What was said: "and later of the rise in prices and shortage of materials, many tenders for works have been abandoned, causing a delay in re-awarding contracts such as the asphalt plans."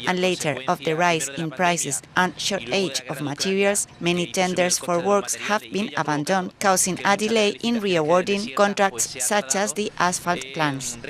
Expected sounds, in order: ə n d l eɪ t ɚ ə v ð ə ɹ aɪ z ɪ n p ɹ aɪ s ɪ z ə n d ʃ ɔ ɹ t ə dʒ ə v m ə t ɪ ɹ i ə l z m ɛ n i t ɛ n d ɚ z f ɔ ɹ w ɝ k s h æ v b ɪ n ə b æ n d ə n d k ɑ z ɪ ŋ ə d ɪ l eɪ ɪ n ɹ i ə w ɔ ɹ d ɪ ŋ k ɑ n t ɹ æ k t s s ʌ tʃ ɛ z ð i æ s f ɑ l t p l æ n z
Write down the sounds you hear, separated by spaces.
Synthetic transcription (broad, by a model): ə n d l eɪ t ɚ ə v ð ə ɹ aɪ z ɪ n p ɹ aɪ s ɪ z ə n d ʃ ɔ ɹ t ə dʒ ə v m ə t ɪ ɹ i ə l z m ɛ n i t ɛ n d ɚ s f ɔ ɹ w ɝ k s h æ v b ɪ n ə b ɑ n d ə n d k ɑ s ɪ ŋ ə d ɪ l eɪ ɪ n ɹ i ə w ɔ ɹ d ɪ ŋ k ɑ n t ɹ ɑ k t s s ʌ tʃ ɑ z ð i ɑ s f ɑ l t p l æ n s